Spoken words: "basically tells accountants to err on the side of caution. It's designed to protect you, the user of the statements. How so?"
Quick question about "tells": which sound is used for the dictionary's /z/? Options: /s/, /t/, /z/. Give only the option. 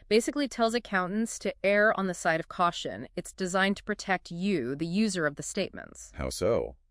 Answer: /z/